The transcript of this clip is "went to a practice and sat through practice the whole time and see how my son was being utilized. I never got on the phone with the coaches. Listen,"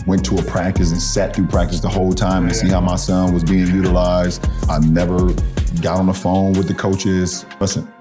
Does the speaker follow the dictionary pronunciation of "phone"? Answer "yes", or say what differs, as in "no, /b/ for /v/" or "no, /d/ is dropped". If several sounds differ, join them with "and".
yes